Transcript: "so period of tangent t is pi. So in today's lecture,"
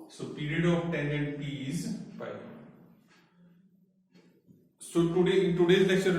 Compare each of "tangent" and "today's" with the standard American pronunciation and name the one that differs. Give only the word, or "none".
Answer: tangent